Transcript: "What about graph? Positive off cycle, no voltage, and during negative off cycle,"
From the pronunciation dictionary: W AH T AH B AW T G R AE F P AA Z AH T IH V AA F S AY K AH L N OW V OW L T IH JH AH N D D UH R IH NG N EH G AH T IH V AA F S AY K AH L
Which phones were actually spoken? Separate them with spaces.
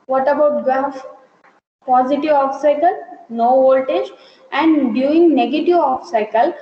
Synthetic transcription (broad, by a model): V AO T AH B AW T G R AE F P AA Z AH T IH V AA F S AY K AH L N OW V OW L T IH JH AH N D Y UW IH NG N EH G AH T IH V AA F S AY K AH L